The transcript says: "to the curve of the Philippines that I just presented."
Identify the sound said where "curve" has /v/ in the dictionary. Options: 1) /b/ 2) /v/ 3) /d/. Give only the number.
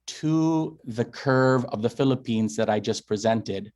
2